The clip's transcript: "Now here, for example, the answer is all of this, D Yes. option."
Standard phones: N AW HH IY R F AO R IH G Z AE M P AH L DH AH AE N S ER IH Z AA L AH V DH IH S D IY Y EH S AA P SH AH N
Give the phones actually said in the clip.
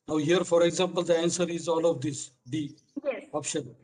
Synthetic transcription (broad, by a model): N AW HH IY R F AO R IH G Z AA M P AH L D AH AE N S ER IH Z AA L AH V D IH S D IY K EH AA P SH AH N